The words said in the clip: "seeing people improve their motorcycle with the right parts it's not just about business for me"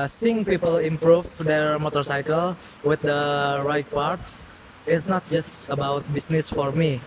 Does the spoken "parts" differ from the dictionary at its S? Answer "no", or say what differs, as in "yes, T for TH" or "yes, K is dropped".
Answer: yes, S is dropped